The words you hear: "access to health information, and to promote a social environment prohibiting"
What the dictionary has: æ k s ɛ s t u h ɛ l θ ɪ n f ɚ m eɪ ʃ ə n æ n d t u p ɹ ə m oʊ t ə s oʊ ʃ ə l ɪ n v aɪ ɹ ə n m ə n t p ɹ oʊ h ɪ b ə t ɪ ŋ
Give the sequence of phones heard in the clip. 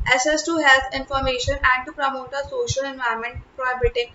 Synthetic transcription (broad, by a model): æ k s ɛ s t u h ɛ l t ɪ n f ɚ m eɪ ʃ ə n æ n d t u p ɹ ə m oʊ t ə s oʊ ʃ ə l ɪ n v aɪ ə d m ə n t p ɹ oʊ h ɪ b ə t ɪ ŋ